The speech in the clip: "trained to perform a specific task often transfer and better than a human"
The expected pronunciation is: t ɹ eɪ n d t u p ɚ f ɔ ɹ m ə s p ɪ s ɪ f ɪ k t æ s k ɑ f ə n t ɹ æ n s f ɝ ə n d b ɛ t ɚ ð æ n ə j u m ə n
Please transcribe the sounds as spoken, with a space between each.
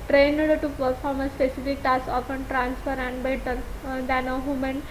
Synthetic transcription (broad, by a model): t ɹ eɪ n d t u p ɚ f ɔ ɹ m ə s p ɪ s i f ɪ k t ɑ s ɑ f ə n t ɹ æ n s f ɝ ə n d b ɛ t ɚ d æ n ə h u m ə n